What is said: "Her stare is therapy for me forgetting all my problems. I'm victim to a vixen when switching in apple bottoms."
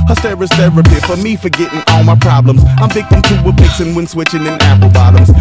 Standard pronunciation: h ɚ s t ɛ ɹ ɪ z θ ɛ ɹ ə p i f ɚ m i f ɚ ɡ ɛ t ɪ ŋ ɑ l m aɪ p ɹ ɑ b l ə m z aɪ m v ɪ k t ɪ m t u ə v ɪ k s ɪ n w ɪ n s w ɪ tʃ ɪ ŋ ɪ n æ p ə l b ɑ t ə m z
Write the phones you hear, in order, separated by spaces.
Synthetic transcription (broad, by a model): h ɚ s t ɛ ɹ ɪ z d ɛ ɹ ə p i f ɚ m i f ɚ ɡ ɛ t ɪ ŋ ɑ l m aɪ p ɹ ɑ b l ə m z aɪ m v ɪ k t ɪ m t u ə p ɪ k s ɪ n w ɪ n s w ɪ tʃ ɪ ŋ ɪ n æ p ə l b ɑ t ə m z